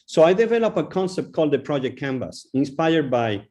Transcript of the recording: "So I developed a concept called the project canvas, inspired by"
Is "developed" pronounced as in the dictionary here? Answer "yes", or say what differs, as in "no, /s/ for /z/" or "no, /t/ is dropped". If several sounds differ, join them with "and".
no, /t/ is dropped